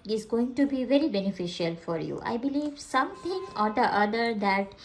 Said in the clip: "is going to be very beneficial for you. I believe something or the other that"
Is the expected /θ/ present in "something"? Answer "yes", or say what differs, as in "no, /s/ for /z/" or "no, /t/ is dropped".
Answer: no, /t/ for /θ/